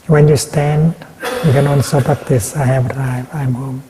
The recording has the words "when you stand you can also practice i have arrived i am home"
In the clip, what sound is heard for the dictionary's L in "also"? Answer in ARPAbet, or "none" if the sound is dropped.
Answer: N